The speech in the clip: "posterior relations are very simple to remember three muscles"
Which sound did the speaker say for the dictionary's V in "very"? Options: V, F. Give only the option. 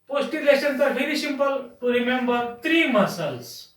F